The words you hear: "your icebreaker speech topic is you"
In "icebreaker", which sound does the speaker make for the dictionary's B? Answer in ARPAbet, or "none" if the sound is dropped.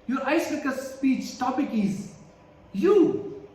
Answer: none